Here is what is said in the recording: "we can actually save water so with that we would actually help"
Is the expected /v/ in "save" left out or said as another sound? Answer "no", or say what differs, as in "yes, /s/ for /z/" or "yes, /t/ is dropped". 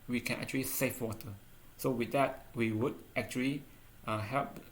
yes, /f/ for /v/